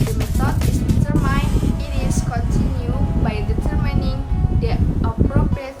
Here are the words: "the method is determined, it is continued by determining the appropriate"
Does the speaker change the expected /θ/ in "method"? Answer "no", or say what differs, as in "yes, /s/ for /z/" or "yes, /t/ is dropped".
yes, /s/ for /θ/